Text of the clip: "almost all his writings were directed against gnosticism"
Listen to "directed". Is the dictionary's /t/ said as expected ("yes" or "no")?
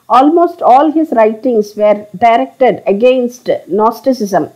yes